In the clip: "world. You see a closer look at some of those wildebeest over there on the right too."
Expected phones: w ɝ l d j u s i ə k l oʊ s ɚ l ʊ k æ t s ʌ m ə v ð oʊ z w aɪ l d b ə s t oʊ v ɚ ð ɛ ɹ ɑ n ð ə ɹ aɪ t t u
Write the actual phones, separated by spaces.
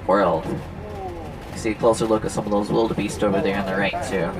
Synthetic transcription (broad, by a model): w ɝ l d s i k l oʊ s ɚ l ʊ k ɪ t s ʌ m ə v ð oʊ z w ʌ l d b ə s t oʊ v ɚ ð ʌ ɹ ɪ n ð ə ɹ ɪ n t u